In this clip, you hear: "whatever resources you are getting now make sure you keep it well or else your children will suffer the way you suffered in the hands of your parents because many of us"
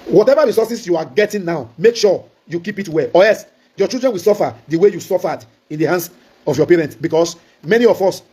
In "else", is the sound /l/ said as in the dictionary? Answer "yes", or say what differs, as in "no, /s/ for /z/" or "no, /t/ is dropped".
no, /l/ is dropped